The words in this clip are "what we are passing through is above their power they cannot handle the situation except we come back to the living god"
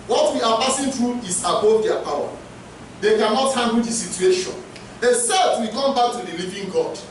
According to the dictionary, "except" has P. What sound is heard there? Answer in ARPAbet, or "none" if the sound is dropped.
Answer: none